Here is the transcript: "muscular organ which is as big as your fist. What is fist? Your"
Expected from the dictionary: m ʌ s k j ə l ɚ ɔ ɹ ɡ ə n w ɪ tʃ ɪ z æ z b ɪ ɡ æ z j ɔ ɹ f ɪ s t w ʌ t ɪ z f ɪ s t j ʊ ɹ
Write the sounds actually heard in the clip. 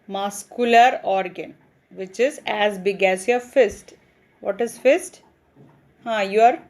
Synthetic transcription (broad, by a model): m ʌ s k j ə l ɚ ɔ ɹ ɡ ə n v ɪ tʃ ɪ z æ z b ɪ ɡ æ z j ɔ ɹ f ɪ s t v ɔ t ɪ z f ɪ s t j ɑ ɹ